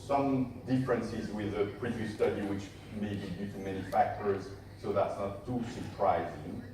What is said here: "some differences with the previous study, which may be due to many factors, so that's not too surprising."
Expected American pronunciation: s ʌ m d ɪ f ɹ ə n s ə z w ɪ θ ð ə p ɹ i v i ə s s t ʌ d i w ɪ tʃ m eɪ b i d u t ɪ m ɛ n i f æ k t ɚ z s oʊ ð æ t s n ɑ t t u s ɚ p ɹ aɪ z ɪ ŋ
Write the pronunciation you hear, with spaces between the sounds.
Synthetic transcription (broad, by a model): s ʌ m d ɪ f ɹ ə n s ə z w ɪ ð ə p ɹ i v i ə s s t ʌ d i w ɪ tʃ m eɪ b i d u t ɪ m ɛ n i f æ k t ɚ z s oʊ ð æ t s n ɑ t t u s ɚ p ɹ aɪ z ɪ ŋ